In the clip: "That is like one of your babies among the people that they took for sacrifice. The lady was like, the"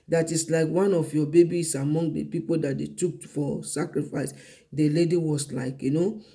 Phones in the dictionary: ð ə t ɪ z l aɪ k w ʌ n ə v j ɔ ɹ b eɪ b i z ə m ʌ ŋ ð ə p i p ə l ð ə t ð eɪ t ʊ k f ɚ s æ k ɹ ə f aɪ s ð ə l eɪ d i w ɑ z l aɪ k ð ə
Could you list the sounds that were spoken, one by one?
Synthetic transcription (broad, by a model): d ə t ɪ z l aɪ k w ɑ n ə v j ɔ b eɪ b i s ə m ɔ ŋ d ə p i p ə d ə t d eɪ t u k f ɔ s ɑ k ɹ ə f aɪ s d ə l eɪ d i w ɑ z l aɪ k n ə